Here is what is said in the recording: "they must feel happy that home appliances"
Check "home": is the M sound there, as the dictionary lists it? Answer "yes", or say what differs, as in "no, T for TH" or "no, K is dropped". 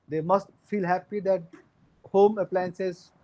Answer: yes